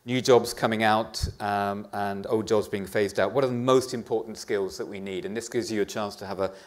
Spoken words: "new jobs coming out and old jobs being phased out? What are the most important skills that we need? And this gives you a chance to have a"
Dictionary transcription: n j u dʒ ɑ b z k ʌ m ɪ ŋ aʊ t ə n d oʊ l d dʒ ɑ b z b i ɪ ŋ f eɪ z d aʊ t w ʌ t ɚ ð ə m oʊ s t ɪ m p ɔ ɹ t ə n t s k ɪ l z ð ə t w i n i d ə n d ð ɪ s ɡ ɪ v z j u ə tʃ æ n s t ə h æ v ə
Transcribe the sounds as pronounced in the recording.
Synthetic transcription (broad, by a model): n j u dʒ ɑ b z k ʌ m ɪ ŋ aʊ t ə n oʊ l d dʒ ɑ b z b i ɪ ŋ f eɪ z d aʊ t w ʌ t ɚ ð ə m oʊ s t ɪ m p ɔ ɹ t n t s k ɪ l z ð ə t w i n i d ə n ð ɪ s ɡ ɪ v z j ə tʃ æ n s t ə v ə